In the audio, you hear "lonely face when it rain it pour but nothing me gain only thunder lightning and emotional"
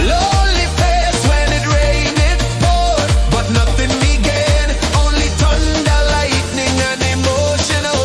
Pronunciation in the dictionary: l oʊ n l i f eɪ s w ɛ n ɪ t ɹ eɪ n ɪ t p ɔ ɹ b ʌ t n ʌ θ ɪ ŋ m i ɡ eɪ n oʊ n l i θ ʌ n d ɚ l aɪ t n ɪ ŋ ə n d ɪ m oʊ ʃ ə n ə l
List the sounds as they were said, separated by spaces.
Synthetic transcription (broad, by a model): l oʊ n l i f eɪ s w ɛ n ɪ t ɹ eɪ n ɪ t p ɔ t b ʌ t n ʌ θ ɪ ŋ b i ɡ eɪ n oʊ n l i t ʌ n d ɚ l aɪ t n ɪ ŋ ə n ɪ m oʊ ʃ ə n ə l